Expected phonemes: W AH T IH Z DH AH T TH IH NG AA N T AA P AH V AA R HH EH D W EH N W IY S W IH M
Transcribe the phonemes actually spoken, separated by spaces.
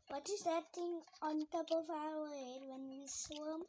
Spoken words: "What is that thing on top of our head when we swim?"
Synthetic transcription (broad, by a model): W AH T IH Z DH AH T T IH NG AA N T AA P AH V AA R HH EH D W EH N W IY S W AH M